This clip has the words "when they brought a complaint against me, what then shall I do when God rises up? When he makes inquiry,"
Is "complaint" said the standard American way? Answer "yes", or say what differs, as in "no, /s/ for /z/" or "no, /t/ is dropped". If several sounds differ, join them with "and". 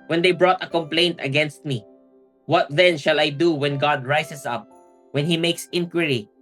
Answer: yes